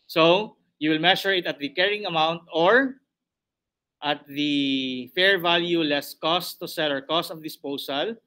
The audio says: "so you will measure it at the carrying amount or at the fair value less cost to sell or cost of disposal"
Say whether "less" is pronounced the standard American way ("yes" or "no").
yes